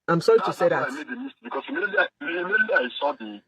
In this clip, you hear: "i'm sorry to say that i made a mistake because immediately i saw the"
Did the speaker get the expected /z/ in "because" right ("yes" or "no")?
no